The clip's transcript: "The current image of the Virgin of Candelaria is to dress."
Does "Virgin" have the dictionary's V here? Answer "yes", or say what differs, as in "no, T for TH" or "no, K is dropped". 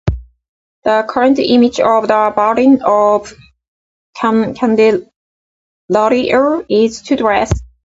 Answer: no, B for V